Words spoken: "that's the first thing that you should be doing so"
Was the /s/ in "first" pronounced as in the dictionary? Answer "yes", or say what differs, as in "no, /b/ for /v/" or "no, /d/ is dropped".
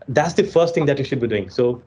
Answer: yes